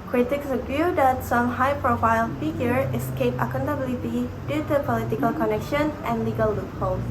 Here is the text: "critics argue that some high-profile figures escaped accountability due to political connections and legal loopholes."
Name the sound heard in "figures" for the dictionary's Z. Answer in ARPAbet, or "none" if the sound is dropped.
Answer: none